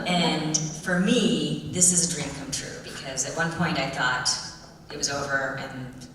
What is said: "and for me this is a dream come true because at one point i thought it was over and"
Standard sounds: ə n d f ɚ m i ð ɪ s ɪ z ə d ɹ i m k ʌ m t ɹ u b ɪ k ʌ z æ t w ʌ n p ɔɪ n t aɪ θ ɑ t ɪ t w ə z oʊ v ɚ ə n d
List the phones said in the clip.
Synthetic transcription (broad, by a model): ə n f ɚ m i ð ɪ s ɪ z ə d ɹ i m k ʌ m t ɹ u b ɪ k ʌ z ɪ t w ʌ n p ɔɪ n t aɪ θ ɑ t ɪ t w ə z oʊ v ɚ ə n